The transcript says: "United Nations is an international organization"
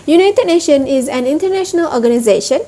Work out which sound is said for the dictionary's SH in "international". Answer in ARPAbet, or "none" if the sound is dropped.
SH